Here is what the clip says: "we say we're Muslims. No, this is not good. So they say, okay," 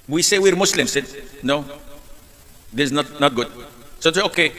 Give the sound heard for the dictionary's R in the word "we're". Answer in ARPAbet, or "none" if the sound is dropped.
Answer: R